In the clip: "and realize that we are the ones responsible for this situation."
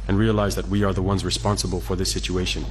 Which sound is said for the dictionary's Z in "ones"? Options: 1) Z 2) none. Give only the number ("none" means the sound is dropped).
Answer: 1